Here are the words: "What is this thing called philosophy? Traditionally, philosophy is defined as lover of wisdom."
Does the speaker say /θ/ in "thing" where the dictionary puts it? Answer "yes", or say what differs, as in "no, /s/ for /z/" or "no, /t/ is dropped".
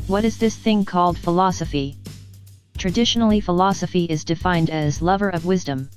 yes